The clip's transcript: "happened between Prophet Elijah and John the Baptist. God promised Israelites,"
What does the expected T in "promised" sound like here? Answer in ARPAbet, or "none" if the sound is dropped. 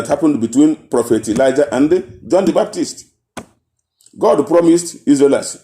T